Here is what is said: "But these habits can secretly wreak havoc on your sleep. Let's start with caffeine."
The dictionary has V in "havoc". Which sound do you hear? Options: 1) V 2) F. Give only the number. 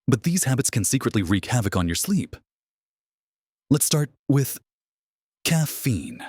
1